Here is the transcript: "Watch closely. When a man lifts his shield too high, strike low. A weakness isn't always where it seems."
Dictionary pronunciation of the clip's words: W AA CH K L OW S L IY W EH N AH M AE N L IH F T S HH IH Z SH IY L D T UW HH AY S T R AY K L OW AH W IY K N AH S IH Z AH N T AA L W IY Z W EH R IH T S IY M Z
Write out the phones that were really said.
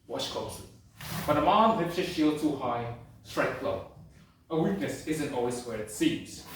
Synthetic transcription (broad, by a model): W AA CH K OW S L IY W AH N AH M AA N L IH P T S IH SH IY L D T UW HH AY S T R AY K L OW AH W IY K N AH S IH Z AH N T AA L W IY Z W EH R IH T S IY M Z